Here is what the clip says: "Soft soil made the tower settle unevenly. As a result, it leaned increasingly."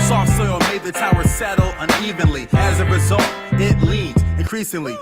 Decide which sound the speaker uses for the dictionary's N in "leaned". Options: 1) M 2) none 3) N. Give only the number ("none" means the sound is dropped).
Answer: 2